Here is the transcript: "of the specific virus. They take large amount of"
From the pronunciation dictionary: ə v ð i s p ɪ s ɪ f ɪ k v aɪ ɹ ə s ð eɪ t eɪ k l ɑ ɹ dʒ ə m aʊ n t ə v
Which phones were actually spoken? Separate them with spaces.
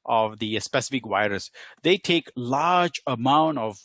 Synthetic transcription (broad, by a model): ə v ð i s p ɪ s ɪ f ɪ k w aɪ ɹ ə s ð eɪ t eɪ k l ɑ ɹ dʒ ə m aʊ n t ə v